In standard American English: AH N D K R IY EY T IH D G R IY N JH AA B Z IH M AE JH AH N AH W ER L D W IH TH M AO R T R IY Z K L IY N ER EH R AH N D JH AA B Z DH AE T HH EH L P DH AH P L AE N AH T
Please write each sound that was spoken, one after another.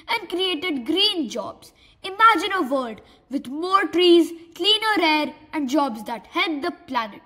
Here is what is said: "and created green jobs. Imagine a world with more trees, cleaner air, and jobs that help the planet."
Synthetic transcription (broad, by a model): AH N D K R IY EY T IH D G R IY N JH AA B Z IH M AE JH AH N AH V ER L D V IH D M AO R T R IY Z K L IY N ER EH R AH N D JH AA B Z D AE T HH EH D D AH P L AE N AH T